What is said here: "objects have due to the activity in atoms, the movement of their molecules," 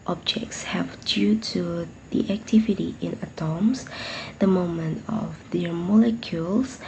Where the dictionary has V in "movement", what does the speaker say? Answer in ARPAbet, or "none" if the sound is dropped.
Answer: none